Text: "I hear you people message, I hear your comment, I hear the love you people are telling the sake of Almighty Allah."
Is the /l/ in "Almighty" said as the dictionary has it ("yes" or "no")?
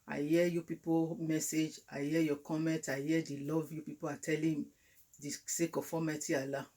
no